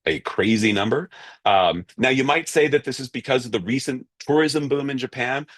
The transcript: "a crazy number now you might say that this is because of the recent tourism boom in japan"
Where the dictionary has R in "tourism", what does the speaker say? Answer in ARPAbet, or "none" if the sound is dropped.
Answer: R